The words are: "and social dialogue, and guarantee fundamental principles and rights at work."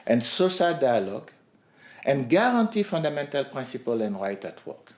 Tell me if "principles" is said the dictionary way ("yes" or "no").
no